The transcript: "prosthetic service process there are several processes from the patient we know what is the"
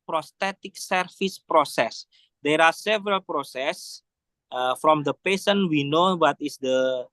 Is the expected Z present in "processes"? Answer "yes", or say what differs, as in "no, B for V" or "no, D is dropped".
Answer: no, Z is dropped